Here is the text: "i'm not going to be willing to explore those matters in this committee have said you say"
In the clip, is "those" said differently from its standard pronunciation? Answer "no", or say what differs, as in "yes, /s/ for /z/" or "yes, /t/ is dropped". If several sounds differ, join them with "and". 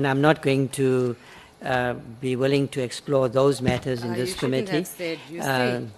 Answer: no